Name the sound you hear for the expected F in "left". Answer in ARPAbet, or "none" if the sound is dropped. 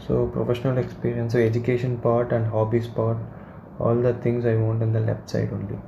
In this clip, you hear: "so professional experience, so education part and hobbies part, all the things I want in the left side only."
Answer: P